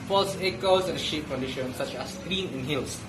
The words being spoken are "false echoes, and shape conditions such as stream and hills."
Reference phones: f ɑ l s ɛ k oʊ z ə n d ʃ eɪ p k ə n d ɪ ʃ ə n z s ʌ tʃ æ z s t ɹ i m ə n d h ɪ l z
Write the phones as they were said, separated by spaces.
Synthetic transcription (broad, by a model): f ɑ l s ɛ k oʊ s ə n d ʃ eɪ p k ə n d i ʃ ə n s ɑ tʃ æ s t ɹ i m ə n h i l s